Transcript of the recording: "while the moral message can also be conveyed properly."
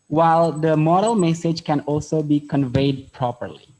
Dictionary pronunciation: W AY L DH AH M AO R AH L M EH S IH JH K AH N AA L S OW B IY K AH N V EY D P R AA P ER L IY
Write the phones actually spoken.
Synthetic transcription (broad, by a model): W AY L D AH M AO R AH L M EH S IH JH K AH N AA L S OW B IY K AH N V EY D P R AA P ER L IY